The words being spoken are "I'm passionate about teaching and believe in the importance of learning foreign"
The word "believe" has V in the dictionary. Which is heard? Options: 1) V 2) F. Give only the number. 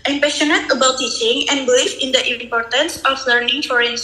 2